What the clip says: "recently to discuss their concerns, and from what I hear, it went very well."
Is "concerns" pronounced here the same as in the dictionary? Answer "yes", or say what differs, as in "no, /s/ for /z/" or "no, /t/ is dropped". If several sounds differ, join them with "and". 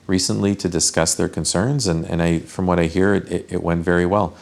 yes